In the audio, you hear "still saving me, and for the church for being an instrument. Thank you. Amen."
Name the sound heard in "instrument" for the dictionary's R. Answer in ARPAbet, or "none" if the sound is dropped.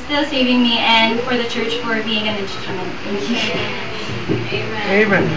none